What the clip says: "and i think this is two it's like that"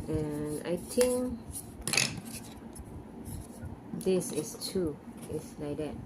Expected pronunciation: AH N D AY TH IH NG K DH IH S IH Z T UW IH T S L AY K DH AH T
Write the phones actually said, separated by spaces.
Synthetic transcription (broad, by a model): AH N AY T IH NG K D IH S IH S T UW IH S L AY K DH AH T